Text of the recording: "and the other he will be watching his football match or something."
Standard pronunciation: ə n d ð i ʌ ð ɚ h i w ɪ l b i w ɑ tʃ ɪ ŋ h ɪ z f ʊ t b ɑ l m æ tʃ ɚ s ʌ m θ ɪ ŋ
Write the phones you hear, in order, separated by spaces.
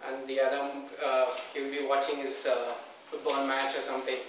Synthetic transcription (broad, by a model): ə n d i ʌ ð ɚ h i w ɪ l b i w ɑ tʃ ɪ ŋ h ɪ z f ʊ t b ɑ l m æ tʃ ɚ s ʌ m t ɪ ŋ